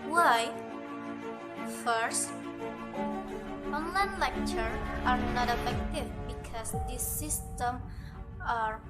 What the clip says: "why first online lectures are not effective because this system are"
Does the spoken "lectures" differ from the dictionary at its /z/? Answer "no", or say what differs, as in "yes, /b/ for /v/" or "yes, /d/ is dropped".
yes, /z/ is dropped